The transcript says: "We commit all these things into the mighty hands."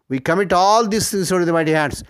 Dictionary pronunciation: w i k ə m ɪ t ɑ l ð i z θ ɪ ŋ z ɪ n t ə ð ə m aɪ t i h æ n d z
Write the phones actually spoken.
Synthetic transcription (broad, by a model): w i k ə m ɪ t ɑ l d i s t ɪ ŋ s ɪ t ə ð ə m aɪ t i h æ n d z